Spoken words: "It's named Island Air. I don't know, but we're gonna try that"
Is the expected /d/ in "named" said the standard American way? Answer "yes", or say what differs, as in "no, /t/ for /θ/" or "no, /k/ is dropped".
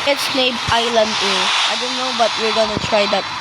no, /d/ is dropped